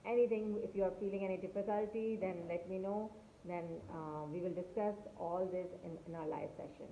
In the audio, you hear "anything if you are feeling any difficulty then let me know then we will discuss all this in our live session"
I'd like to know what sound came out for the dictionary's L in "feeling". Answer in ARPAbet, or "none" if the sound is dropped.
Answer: L